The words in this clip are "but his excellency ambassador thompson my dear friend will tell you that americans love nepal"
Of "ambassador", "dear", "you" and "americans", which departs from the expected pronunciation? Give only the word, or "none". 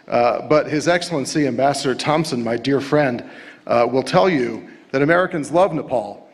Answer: none